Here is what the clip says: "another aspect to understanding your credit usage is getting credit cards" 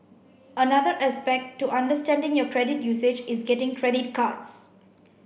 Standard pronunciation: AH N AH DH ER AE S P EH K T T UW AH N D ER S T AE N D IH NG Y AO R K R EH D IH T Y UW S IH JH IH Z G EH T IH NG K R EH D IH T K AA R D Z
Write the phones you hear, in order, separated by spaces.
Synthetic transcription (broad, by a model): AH N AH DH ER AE S P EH K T T UW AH N D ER S T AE N D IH NG Y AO K R EH D IH T Y UW S IH JH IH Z G EH T IH NG K R EH D IH T K AA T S